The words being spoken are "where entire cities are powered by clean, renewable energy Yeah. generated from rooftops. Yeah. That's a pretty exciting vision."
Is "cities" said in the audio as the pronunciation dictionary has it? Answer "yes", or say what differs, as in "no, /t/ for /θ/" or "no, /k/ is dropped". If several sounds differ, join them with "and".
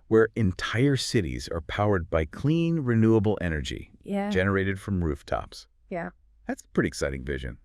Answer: yes